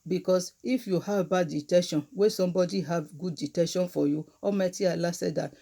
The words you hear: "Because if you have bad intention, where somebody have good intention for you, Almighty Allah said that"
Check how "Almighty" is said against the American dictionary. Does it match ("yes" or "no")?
no